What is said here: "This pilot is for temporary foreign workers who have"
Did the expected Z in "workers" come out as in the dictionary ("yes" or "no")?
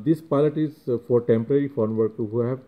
no